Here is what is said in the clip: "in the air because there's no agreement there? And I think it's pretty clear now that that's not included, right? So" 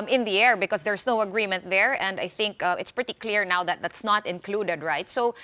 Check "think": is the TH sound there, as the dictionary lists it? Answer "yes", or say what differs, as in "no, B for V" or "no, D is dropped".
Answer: yes